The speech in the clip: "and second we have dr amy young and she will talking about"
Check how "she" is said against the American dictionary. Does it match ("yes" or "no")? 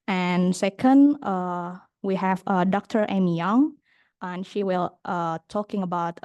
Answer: yes